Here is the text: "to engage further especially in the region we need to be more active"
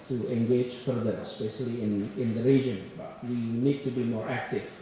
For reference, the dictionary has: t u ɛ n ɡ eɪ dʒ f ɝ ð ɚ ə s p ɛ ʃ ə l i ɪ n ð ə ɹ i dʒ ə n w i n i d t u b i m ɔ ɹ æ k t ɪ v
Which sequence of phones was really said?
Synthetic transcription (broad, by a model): t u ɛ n ɡ eɪ dʒ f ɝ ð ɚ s b ɛ s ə l i ɪ n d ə ɹ i dʒ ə n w i n i d t u b i m ɔ ɹ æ k t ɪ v